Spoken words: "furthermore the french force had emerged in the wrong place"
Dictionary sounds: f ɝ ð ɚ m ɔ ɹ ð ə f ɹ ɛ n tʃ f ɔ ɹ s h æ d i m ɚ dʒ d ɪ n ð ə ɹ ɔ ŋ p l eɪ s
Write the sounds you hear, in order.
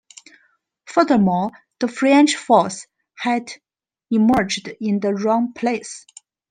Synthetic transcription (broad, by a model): f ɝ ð ɚ m ɔ l ð ə f ɹ ɛ n tʃ f ɔ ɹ s h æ d i m ɚ dʒ d ɪ n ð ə ɹ ɔ ŋ p l eɪ s